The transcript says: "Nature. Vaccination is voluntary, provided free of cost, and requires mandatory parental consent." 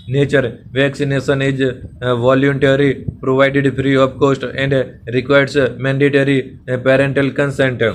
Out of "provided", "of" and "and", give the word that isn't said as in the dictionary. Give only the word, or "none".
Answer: of